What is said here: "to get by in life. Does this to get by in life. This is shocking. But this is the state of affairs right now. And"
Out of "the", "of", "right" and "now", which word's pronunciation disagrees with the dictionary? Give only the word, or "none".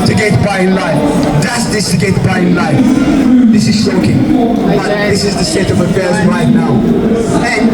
none